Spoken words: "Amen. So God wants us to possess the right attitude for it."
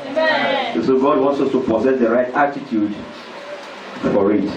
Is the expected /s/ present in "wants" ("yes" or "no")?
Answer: yes